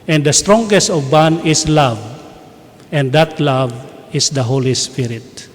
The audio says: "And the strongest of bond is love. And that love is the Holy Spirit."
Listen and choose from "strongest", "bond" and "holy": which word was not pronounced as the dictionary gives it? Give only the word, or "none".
bond